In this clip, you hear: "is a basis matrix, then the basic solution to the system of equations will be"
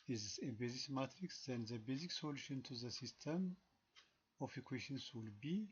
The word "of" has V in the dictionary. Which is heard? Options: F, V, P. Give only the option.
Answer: F